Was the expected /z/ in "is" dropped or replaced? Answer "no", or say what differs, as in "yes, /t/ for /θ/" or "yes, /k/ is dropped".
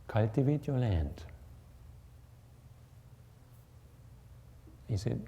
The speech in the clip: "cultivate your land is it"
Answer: yes, /s/ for /z/